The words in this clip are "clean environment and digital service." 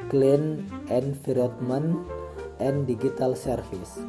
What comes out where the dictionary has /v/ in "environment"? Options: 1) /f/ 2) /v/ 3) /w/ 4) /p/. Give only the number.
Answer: 1